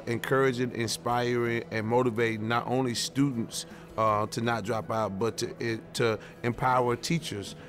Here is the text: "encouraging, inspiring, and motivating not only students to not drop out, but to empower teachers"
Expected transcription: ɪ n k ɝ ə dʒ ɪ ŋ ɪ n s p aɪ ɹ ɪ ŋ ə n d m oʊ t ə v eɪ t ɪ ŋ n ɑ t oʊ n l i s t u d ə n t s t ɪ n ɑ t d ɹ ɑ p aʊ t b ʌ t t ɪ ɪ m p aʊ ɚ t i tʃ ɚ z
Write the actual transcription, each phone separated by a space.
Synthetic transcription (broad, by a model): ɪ n k ɝ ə dʒ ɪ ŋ ɪ n s p aɪ ɹ ɪ ŋ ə n m oʊ t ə v eɪ ɪ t n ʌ t oʊ n l i s t u d n t s t ɪ n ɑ t d ɹ ɑ p aʊ t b ʌ t t ɪ ɪ m p aʊ ɚ t i tʃ ɚ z